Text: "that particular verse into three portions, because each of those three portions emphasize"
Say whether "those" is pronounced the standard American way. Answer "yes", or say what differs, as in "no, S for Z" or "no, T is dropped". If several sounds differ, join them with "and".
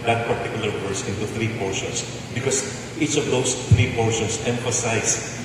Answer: no, S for Z